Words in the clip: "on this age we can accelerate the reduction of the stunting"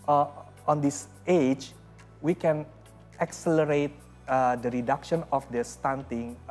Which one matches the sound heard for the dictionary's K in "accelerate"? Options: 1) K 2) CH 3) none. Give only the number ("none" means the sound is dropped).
1